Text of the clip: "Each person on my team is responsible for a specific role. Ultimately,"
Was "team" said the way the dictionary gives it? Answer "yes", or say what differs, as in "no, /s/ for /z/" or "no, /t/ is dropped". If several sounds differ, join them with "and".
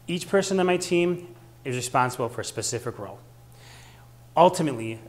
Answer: yes